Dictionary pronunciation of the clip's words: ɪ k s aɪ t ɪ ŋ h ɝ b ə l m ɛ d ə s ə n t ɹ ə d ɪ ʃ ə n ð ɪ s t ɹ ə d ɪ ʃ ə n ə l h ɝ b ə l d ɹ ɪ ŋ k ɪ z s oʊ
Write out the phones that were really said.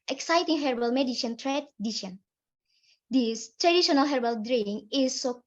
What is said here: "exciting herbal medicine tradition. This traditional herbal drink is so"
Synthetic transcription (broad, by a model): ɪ k s aɪ t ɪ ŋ h ɝ b ə l m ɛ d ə ʃ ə n t ɹ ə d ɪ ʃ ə n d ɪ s t ɹ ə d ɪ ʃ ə n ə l h ɝ b ə l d ɹ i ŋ ɪ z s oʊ